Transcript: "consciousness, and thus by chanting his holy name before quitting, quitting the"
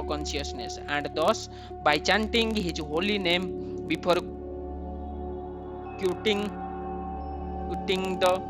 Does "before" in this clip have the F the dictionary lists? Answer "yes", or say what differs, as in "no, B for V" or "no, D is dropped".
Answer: no, P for F